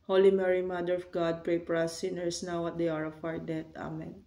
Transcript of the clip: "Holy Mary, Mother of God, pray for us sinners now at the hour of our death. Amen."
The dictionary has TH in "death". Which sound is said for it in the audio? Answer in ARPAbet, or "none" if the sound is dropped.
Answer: T